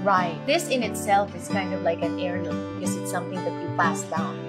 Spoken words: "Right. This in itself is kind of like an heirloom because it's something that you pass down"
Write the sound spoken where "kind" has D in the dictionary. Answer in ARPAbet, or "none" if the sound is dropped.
D